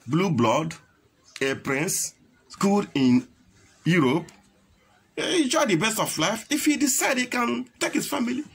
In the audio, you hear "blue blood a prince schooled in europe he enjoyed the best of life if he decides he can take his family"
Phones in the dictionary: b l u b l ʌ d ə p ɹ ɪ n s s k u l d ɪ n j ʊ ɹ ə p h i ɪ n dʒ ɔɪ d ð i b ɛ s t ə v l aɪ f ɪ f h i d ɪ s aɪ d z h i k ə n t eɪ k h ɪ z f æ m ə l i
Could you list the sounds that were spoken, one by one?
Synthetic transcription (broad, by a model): b l u b l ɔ d ə p ɹ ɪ n s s k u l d ɪ n j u ɹ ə p ɪ n dʒ ɔɪ d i b ɛ s t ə f l aɪ f ɪ f h i d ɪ s aɪ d h i k ə n t eɪ k h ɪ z f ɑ m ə l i